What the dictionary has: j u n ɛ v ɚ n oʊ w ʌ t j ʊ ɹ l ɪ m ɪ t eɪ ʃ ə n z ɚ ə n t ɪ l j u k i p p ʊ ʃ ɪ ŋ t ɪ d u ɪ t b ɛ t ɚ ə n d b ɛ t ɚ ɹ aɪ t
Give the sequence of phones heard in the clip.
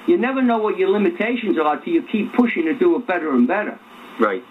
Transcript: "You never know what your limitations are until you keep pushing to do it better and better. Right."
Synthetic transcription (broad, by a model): j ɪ n ɛ v ɚ n oʊ w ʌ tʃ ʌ ɹ l ɪ m ɪ t eɪ ʃ ə n z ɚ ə t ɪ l j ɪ k i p p ʊ ʃ ɪ ŋ t ɪ d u ɪ t b ɛ t ɚ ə n b ɛ t ɚ ɹ aɪ t